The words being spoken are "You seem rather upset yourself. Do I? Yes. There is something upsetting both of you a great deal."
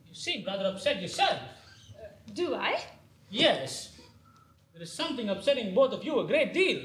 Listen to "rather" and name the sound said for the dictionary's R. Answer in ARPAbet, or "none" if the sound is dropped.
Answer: R